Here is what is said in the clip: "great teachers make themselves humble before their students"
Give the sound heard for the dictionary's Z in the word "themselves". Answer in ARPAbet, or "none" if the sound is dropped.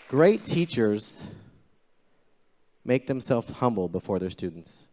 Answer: none